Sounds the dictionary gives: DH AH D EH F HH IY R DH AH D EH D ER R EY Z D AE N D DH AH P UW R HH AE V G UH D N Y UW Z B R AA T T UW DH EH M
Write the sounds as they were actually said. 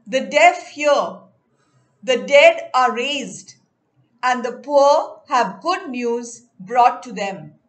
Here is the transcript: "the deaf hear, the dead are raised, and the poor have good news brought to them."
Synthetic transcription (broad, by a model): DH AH D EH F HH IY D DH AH D EH D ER R EY Z D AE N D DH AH P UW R HH AE V G UH D N Y UW Z B R AA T T UW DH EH M